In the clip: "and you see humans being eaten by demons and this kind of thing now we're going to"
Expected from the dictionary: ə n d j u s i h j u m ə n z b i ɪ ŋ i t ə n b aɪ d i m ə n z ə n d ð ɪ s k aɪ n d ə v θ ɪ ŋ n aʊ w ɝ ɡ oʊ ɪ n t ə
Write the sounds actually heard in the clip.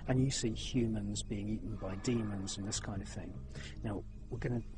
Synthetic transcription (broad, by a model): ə n j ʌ s i h j u m ə n z b i ɪ ŋ i t n b aɪ d i m ə n z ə n ð ɪ s k aɪ n d ə v θ ɪ ŋ n aʊ w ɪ ɡ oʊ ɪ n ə